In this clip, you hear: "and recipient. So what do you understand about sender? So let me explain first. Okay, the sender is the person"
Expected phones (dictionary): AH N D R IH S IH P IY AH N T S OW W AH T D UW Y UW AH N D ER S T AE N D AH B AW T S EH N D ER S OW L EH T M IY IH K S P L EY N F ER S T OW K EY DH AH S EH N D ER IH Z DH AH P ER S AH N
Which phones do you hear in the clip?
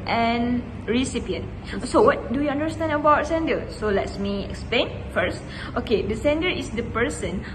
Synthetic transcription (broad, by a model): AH N R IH S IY P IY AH N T S OW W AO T D UW Y UW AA N D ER S T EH N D AH B AW T S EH N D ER S OW L EH T M IY IH K S P L EY N F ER S T OW K EY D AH S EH N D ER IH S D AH P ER S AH N